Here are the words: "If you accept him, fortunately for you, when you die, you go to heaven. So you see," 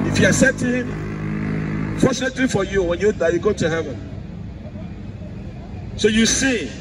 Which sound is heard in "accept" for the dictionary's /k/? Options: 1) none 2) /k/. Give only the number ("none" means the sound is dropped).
1